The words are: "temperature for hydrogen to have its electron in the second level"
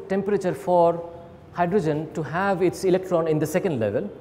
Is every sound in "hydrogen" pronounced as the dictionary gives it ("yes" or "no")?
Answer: yes